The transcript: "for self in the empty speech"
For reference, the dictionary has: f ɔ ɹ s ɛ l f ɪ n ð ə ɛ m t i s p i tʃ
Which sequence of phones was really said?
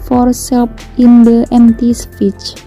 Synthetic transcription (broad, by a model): f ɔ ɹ s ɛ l p ɪ n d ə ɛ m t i s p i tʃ